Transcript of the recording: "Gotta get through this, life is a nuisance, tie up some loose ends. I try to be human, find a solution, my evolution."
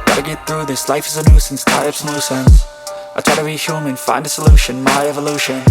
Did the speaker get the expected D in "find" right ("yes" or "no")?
yes